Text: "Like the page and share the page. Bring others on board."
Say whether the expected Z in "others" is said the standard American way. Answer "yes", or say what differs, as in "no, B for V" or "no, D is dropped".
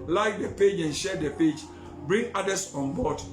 no, S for Z